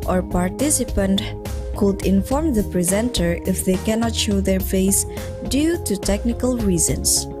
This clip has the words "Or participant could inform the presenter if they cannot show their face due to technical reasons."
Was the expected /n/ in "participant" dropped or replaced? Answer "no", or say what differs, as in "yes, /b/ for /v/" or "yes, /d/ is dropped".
no